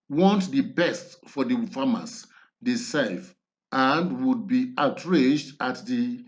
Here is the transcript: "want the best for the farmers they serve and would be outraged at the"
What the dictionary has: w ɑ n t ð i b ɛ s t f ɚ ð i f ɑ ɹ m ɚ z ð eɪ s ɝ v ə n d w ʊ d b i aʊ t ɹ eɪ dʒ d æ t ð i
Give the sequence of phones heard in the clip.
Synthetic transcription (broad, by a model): w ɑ n t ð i b ɛ s t f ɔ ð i f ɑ m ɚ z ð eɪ s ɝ f ə n d w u d b i aʊ t ɹ eɪ dʒ d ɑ t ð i